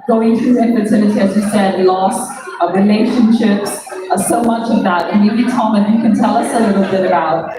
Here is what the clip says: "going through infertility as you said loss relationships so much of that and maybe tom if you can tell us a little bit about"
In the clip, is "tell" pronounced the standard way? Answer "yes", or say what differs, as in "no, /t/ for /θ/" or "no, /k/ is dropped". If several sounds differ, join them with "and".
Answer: yes